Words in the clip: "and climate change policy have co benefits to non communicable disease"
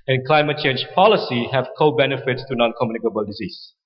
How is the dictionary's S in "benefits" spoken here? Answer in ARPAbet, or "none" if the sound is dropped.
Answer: S